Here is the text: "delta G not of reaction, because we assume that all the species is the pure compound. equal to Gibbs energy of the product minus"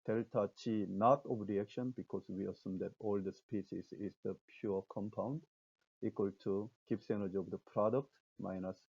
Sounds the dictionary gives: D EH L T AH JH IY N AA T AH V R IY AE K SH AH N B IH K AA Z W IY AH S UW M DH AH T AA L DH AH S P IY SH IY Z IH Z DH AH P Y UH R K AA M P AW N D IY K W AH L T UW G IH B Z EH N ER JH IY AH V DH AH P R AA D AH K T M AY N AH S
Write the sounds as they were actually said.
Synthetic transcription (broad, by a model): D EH L T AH CH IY N AA T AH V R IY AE K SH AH N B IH K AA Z W IY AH S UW M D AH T AA L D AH S P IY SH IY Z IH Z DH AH P Y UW K AA M P AW N D IY K W AH L T UW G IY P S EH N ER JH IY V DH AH P R AA D AH K T M AY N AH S